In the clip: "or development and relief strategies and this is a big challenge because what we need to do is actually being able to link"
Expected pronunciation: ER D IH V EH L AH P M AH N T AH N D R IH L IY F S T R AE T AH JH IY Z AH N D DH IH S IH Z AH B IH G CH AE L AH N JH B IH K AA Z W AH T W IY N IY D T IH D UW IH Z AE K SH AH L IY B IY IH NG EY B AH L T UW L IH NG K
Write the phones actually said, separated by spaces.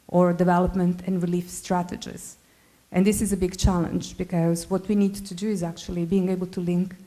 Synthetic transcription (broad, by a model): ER D IH V EH L AH P M AH N T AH N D R IH L IY F S T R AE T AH JH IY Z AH N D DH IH S IH Z AH B IH G CH AE L AH N JH B IH K AA Z W AH T W IY N IY D T IH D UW IH Z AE K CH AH L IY B IY IH NG EY B AH L T UW L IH NG K